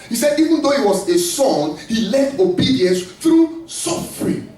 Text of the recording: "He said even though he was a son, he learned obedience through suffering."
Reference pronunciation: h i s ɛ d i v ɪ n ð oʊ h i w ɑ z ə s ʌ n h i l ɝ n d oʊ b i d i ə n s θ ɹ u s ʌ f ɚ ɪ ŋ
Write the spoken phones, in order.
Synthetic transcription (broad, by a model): h i s ɛ d i v ɪ n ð oʊ h i w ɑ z ə s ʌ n h i l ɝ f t oʊ b i d i ə n s θ ɹ u s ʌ f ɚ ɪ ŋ